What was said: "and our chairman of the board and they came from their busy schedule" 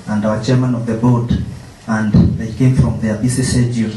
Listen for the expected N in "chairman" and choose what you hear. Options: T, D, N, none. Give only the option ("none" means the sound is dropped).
N